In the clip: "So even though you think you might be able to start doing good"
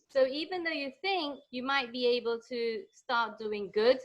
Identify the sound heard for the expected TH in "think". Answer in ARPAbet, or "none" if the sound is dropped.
TH